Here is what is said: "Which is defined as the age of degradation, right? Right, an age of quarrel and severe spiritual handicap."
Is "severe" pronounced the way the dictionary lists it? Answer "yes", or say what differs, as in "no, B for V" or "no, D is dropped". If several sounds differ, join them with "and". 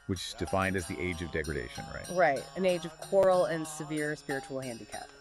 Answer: yes